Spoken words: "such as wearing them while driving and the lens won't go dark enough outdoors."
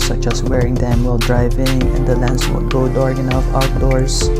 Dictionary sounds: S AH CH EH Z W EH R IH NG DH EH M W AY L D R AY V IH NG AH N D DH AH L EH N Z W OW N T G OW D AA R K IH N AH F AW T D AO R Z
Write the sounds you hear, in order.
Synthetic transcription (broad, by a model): S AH CH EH S W EH R IH NG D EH M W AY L D R AY V IH NG AH N D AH L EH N S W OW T G OW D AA R IH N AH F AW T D AO R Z